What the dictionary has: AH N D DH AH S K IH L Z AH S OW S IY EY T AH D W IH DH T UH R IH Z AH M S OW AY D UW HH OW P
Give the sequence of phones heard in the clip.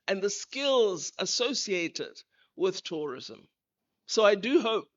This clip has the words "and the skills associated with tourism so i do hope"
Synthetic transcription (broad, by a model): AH N DH AH S K IH L Z AH S OW S IY EY T AH D W IH DH T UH R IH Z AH M S OW AY D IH HH OW P